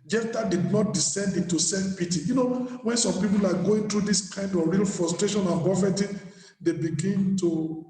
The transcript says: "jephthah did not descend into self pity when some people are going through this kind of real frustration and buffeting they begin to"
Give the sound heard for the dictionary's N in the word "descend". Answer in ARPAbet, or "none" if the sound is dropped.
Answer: N